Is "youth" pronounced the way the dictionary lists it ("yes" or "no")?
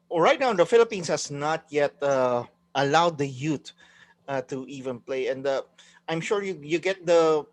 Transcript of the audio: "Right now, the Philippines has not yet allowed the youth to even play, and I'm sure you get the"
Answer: no